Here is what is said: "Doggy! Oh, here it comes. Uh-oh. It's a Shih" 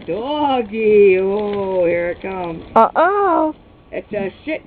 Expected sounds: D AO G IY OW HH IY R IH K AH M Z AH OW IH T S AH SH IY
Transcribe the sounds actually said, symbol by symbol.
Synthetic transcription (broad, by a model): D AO G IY OW HH IY R IH K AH M AH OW IH T S AH SH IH